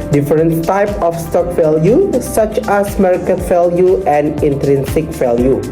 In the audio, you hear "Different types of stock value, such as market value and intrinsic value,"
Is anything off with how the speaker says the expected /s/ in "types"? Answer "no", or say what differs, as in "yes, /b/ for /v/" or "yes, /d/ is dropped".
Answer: yes, /s/ is dropped